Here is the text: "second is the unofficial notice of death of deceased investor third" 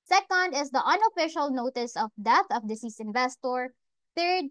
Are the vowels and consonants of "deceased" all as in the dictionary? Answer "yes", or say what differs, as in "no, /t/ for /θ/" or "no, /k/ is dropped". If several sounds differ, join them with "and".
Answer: no, /t/ is dropped